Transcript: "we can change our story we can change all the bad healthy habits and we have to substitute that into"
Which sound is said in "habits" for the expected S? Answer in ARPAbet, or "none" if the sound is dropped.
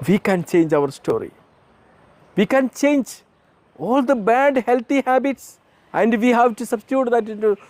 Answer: S